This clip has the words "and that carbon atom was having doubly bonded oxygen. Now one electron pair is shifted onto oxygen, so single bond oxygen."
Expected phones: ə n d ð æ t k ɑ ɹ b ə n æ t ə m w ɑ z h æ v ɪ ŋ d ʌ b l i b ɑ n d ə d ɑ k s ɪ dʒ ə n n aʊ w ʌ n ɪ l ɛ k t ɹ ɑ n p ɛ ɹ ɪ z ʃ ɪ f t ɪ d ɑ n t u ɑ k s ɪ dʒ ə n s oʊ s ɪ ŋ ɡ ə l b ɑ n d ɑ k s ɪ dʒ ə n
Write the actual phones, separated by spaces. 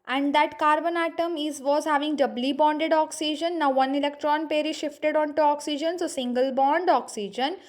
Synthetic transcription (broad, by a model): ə n d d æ t k ɑ ɹ b ə n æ t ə m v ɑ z h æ v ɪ ŋ d ʌ b l i b ɑ n d ə d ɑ k s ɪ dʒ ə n n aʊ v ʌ n ɪ l ɛ k t ɹ ɑ n p ɛ ɹ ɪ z ʃ ɪ f t ɪ d ɑ n t u ɑ k s ɪ dʒ ə n s oʊ s ɪ ŋ ɡ ə l b ɑ n d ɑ k s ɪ dʒ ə n